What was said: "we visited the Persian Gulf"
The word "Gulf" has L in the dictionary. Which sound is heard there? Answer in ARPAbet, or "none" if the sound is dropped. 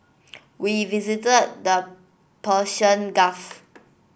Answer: none